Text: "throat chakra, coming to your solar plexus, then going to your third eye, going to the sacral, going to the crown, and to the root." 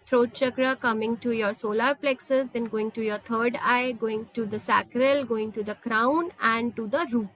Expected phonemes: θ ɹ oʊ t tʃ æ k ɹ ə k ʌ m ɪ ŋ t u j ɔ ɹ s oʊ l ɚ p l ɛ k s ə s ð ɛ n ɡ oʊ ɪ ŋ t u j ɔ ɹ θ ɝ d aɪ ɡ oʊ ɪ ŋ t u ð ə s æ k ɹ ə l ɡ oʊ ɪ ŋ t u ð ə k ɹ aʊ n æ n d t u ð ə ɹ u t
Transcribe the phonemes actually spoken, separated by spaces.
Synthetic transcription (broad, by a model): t ɹ oʊ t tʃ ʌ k ɹ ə k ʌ m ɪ ŋ t u j ɔ ɹ s oʊ l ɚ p l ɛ k s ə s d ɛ n ɡ oʊ ɪ ŋ t u j ɔ ɹ t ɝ d aɪ ɡ oʊ ɪ ŋ t u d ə s æ k ɹ ə l ɡ oʊ ɪ ŋ t u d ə k ɹ aʊ n æ n d t u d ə ɹ u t